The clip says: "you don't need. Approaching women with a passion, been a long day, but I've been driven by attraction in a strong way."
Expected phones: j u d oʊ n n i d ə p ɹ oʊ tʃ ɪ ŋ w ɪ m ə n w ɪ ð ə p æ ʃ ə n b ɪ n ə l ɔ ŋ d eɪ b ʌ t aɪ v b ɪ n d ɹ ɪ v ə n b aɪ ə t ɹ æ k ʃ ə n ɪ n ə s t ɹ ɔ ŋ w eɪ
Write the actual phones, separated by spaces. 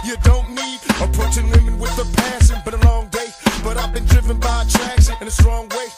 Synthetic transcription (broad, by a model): j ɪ d oʊ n n i d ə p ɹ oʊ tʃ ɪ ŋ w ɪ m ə n w ɪ ð ə p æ s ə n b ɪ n ə l ɔ ŋ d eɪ b ʌ t aɪ v b ɪ n d ɹ ɪ v ə n b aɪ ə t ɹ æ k s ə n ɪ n ə s t ɹ ɔ ŋ w eɪ